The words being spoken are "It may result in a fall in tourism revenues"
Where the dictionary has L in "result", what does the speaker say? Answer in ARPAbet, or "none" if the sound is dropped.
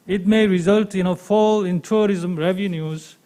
L